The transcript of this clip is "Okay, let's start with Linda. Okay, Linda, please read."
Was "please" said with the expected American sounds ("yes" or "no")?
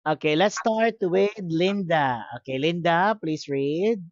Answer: no